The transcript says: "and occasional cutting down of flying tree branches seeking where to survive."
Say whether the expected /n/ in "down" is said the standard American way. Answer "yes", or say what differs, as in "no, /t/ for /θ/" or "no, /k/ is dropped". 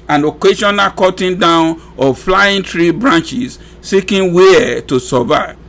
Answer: yes